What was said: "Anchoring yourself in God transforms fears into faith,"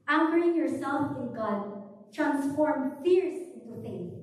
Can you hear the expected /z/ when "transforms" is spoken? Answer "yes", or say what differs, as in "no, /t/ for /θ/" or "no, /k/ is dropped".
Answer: no, /z/ is dropped